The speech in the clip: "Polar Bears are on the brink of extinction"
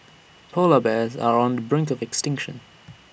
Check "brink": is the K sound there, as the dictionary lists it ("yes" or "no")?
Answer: yes